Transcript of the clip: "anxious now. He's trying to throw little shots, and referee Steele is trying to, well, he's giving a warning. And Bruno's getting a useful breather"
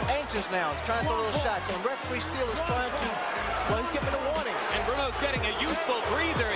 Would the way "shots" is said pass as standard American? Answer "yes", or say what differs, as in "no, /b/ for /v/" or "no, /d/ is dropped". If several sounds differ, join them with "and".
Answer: yes